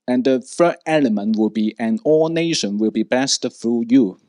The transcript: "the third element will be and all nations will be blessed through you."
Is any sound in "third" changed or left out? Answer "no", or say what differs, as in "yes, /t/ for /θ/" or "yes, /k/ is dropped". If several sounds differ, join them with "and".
yes, /f/ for /θ/ and /d/ is dropped